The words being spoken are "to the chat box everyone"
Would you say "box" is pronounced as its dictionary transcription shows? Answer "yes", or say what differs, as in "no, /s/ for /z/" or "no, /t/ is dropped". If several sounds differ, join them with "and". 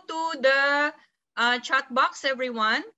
yes